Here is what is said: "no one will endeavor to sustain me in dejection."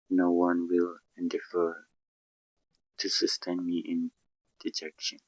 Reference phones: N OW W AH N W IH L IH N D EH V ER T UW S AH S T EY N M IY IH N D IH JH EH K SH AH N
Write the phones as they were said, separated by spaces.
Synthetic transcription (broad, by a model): N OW W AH N W IH L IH N D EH F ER T UW S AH S T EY N M IY IH N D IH JH EH K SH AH N